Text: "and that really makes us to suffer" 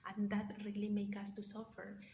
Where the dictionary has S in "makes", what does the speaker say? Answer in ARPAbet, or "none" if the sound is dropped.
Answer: none